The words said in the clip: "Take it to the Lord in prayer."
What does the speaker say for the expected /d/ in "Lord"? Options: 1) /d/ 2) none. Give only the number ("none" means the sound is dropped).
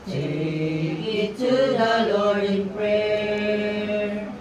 2